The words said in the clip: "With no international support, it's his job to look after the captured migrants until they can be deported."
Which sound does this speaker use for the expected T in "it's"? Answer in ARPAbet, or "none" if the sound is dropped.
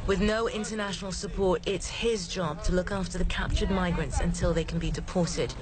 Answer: T